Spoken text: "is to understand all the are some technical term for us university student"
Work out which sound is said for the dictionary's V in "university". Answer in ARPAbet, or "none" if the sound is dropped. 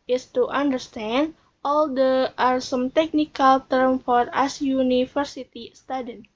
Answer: F